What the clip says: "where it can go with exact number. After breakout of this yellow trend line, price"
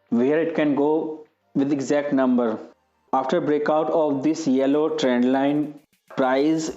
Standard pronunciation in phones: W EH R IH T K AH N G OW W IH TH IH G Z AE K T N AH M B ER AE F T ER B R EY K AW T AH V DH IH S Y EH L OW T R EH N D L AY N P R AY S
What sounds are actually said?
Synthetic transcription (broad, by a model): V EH R IH T K AH N G OW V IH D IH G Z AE K T N AH M B ER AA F T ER B R EY K AW T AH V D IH S Y EH L OW T R EH N D L AY N P R AY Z